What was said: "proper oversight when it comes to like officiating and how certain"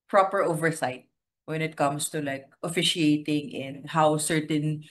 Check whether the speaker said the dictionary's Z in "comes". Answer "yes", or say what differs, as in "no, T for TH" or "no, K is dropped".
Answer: no, S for Z